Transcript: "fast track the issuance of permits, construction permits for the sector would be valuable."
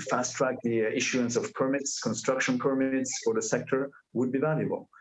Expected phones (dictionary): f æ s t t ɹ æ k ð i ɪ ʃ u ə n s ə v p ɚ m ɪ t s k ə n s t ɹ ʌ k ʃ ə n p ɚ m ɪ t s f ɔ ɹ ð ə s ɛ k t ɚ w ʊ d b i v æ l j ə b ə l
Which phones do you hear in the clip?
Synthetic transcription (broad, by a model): f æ s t t ɹ æ k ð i ɪ ʃ u ə n s ə v p ɚ m ɪ t s k ə n s t ɹ ʌ k ʃ ə n p ɚ m ɪ t s f ɔ ɹ ð ə s ɛ k t ɚ w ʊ d b i v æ l j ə b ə l